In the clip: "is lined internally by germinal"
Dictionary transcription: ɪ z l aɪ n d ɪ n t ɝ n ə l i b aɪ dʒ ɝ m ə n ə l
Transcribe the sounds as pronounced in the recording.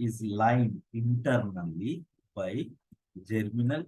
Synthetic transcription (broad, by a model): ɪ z l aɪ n ɪ n t ɝ n ə l i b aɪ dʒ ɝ m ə n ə l